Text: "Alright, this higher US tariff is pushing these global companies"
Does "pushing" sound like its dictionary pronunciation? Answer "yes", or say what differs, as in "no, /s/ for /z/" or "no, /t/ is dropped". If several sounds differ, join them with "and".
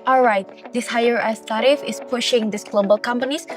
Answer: yes